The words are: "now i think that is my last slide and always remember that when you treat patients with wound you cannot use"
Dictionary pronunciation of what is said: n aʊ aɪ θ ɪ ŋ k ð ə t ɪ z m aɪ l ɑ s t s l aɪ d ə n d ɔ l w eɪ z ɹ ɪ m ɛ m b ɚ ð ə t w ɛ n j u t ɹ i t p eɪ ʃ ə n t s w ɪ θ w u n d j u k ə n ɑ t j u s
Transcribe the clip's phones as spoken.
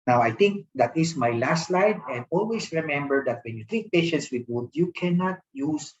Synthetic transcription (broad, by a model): n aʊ aɪ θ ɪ ŋ k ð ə t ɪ s m aɪ l ɑ s t l aɪ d ə n d ɔ l w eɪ s ɹ ɪ m ɛ m b ɚ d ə t w ɛ n j u t ɹ i t p eɪ ʃ ə n t s w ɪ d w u d j u k ə n ɑ t j u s